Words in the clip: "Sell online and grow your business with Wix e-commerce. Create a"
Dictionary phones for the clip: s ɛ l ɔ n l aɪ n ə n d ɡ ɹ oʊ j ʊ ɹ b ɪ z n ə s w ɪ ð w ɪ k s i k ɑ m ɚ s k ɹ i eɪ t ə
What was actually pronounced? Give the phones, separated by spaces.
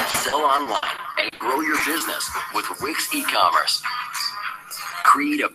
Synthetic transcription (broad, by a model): s ɛ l ɔ n l aɪ n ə n ɡ ɹ oʊ j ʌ ɹ b ɪ z n ə s w ɪ ð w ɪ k s i k ɑ m ɚ s k ɹ i eɪ t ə